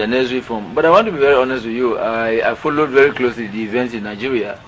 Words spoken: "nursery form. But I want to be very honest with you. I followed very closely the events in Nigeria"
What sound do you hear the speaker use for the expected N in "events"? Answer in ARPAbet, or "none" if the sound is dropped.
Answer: N